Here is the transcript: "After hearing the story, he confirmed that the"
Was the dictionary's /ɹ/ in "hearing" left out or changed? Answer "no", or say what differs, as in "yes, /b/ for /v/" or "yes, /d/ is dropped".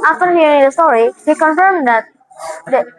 yes, /ɹ/ is dropped